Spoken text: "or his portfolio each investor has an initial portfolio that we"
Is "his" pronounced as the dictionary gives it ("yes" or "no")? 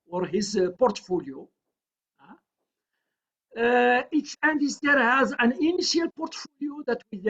yes